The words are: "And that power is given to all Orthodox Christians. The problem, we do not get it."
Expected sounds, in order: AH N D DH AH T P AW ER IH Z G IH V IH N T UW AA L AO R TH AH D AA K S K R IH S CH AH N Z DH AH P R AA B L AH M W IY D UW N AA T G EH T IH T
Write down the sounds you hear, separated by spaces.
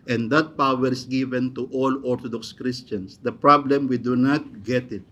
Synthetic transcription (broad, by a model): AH N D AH T P AW ER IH S G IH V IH N T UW AA L AO R T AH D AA K S K R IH S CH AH N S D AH P R AA B L AH M W IY D UW N AA T G EH T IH T